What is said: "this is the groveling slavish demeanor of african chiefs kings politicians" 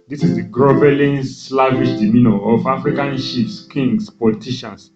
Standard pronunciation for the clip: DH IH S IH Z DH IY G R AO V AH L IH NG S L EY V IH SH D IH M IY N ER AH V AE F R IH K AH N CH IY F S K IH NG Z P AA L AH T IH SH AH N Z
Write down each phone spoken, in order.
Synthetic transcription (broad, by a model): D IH S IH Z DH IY G R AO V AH L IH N S L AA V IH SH D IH M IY N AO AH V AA F R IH K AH N SH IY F S K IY NG S P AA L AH T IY SH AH N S